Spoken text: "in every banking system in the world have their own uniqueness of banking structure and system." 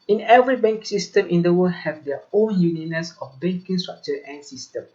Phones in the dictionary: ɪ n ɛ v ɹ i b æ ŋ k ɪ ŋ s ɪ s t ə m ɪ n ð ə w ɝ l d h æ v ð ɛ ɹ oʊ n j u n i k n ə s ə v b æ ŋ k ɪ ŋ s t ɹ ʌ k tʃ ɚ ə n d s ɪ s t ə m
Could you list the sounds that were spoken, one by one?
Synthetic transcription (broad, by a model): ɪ n ɛ v ɹ i b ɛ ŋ k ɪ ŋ s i s t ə m ɪ n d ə w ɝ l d h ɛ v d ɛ oʊ n j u n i n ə s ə f b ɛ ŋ k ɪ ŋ s t ɹ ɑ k tʃ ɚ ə n s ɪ s t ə m